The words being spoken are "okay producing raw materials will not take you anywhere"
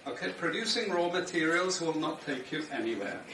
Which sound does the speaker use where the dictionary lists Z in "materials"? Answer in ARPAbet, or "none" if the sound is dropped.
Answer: Z